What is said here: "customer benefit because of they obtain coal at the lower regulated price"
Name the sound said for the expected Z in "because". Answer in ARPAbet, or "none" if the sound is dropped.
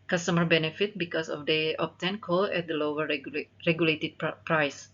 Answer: S